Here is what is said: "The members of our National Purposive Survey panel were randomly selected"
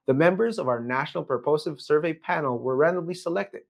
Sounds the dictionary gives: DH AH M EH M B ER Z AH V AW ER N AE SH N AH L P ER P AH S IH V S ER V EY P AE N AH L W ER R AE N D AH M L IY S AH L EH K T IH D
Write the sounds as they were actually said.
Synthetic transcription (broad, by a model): DH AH M EH M B ER Z AH V AW ER N AE SH N L P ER P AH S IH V S ER V EY P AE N L W ER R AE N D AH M L IY S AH L EH K T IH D